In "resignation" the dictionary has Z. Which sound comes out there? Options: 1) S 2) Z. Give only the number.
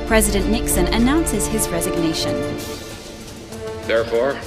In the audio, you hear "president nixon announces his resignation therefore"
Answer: 2